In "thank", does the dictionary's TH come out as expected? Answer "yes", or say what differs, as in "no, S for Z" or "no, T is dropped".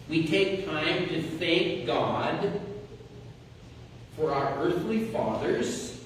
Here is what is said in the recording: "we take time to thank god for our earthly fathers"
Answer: yes